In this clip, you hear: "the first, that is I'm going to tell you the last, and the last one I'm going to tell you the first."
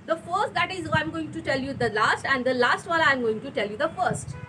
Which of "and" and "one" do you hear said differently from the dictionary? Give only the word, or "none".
one